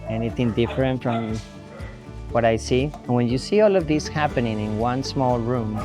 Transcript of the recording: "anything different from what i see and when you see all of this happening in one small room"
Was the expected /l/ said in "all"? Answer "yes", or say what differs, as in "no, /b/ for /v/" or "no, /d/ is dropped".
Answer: yes